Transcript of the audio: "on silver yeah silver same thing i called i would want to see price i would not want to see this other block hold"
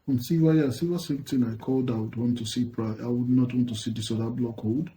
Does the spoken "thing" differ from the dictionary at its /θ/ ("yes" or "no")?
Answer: yes